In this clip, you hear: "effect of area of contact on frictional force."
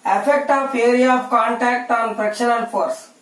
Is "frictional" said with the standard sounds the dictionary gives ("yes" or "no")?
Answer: no